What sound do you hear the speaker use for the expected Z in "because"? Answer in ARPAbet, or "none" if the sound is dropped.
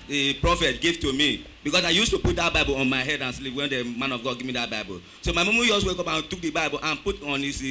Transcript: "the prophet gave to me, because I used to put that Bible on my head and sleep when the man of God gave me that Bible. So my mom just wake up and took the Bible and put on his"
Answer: S